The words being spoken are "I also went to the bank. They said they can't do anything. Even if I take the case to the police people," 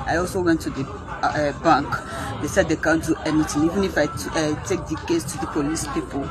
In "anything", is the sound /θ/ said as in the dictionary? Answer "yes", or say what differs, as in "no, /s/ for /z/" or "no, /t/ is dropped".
no, /t/ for /θ/